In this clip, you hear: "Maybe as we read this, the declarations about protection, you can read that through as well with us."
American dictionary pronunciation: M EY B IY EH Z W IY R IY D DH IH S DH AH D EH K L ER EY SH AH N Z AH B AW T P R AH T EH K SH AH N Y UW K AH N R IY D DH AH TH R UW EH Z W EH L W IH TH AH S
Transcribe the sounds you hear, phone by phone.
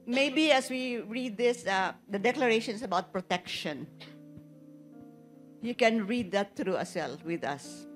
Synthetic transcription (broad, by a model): M EY B IY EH S W IY R IY D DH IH S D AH D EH K L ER EY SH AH N S AH B AW T P R AH T EH K SH AH N Y UW K AH N R IY D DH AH T R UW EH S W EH L W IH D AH S